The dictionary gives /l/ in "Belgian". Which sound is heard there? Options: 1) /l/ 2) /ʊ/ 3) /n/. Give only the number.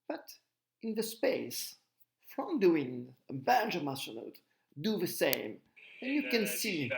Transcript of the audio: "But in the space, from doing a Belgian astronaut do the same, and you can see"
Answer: 3